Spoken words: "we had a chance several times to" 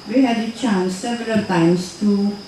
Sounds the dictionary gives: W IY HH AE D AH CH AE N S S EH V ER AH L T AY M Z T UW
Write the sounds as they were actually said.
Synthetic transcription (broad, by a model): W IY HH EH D AH CH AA N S S EH V ER AH L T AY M S T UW